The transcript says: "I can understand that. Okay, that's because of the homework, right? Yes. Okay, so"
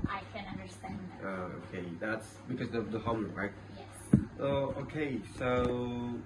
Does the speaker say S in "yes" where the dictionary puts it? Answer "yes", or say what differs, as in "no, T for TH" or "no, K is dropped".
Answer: no, S is dropped